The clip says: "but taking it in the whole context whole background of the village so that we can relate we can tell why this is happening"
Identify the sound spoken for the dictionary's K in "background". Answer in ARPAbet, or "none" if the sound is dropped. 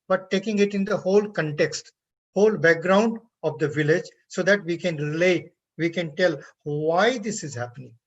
K